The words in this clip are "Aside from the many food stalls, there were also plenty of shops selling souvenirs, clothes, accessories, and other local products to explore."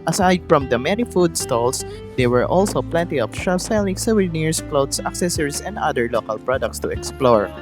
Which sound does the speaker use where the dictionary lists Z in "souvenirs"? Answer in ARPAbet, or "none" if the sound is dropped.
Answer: S